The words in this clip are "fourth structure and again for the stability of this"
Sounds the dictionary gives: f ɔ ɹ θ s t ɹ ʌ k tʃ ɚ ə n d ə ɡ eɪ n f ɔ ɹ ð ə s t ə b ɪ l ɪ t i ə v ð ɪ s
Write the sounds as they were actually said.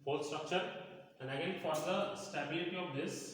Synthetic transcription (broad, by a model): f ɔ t s t ɹ ʌ k tʃ ɚ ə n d ə ɡ eɪ n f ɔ ɹ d ə s t ə b ɪ l ɪ t i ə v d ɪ s